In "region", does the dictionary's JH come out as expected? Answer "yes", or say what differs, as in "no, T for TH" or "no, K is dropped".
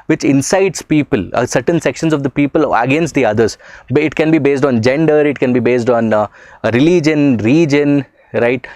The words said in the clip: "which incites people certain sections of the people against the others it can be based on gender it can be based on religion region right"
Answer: yes